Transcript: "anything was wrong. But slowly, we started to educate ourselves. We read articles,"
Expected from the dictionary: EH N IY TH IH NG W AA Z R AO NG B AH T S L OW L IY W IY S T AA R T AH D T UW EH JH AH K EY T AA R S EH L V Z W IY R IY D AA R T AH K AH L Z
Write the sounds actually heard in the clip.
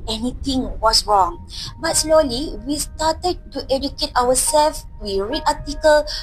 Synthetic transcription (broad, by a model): EH N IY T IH NG W AA S R AO NG B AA T S L OW L IY W IY S T AA T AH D T UW EH JH AH K EY T AA W S EH L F W IY R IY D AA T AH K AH L